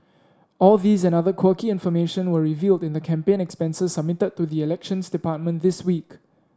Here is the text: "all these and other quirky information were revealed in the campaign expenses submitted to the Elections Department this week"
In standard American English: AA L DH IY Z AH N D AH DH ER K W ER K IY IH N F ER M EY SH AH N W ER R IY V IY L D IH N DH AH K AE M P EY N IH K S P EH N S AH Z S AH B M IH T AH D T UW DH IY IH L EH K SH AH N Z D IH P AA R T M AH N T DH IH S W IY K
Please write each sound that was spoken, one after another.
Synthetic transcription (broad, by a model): AA L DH IY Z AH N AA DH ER K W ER K IY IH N F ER M EY SH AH N W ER R IY V IY L D IH N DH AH K AE M P EY N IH K S P EH N S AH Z S AH B M IH T AH D T UW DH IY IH L EH K SH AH N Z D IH P AA T M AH N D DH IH S W IY K